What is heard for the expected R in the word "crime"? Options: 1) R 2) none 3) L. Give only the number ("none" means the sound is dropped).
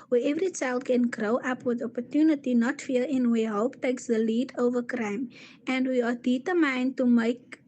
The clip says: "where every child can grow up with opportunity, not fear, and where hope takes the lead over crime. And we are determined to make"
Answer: 1